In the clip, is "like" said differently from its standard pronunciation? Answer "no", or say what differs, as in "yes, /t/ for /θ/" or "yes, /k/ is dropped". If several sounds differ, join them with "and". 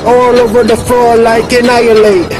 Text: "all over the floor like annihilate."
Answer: no